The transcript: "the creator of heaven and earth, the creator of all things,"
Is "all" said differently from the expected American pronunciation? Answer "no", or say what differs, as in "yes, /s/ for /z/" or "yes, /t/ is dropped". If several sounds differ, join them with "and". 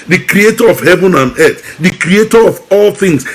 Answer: no